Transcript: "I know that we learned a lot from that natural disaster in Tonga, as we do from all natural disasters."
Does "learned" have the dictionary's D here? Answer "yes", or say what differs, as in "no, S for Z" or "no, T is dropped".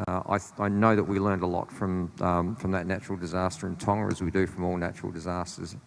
yes